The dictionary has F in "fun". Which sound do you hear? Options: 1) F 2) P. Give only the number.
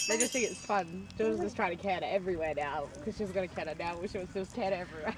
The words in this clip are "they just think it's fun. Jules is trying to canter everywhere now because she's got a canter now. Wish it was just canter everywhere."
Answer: 1